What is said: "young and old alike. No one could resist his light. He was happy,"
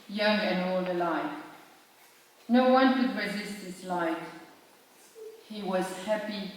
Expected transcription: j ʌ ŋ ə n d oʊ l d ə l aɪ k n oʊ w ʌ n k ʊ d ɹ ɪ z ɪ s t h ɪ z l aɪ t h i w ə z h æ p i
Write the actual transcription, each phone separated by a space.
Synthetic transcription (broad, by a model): j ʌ ŋ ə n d oʊ l d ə l aɪ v n oʊ w ʌ n k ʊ d ɹ ɪ z ɪ s t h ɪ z l aɪ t h i w ə z h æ p i